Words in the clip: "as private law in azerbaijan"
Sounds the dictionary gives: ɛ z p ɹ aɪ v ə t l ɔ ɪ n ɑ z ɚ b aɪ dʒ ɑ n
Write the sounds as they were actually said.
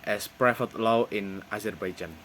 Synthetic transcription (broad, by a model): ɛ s p ɹ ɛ f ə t l ɔ ɪ n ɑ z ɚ b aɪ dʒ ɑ n